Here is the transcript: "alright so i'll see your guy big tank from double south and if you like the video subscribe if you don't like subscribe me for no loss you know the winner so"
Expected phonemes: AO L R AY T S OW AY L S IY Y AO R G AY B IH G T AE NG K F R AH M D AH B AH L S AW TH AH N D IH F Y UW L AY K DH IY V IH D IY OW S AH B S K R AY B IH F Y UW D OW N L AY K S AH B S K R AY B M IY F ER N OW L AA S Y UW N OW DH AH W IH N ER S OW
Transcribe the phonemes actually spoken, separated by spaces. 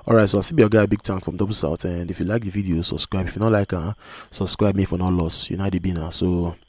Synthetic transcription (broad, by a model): AO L R AY T S OW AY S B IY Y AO G AY B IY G T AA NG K F R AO M D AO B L S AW T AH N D IH F Y UW L AY K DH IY V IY D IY OW S AH B S K R AY B IH F Y UW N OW L AY K S AH B S K R AY B M IY F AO N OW L AA S Y UW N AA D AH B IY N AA S OW